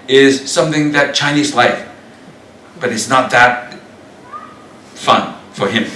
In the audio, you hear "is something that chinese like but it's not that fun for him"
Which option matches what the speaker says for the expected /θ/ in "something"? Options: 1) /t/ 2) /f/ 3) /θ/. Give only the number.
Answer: 3